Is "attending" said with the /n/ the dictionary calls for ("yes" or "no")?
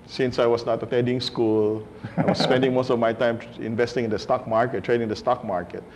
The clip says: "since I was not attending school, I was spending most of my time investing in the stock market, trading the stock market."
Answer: no